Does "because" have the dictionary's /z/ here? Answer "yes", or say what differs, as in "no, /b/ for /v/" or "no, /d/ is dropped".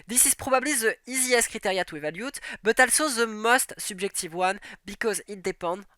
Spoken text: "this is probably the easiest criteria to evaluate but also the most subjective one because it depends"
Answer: yes